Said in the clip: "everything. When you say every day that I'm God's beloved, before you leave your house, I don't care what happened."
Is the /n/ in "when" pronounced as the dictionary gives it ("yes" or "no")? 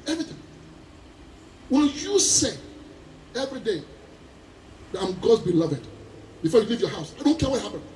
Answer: no